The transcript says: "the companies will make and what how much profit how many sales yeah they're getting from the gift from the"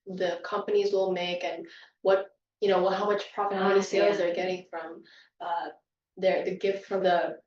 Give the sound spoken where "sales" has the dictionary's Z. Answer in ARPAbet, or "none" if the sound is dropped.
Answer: Z